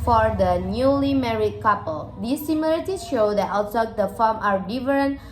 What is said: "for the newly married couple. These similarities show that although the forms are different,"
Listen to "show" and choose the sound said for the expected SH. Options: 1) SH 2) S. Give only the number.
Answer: 1